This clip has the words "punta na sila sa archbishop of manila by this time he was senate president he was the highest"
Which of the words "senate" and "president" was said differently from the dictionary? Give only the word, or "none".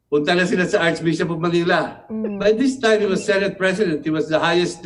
president